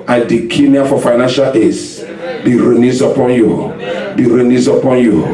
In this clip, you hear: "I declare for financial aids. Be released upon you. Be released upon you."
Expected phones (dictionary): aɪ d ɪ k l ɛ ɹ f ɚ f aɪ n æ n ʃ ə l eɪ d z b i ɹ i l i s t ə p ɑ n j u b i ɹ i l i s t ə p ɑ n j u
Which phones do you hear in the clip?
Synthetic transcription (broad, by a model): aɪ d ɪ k n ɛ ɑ f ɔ f aɪ n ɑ n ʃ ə l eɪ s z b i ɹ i n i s ə p ɑ n j u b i ɹ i n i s ə p ɑ n j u